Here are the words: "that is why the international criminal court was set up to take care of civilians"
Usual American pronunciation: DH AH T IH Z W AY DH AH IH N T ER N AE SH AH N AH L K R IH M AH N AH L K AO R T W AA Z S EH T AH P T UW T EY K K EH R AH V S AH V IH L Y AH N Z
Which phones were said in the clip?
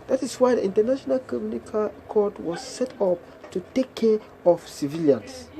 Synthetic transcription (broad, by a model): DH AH T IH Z W AY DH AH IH N T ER N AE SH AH N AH L K AO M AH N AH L K AO R T W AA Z S EH T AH P T UW T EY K K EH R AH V S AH V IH L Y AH N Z